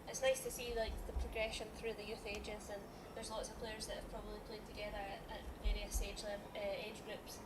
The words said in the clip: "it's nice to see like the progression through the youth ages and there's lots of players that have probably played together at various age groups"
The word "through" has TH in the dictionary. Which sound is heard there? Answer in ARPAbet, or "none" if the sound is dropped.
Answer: TH